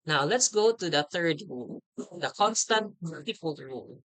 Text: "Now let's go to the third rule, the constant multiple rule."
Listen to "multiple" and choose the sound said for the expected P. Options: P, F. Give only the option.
F